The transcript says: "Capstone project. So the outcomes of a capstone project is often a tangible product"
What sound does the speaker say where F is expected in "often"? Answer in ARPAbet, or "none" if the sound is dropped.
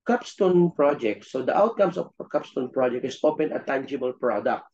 P